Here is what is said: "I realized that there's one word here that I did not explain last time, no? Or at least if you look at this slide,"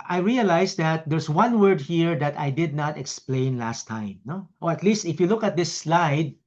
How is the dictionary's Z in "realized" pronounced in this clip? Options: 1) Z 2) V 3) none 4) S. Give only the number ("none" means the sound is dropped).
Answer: 4